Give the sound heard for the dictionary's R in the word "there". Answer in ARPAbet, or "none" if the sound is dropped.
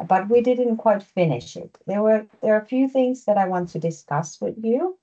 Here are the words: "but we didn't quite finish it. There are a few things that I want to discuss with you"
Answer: W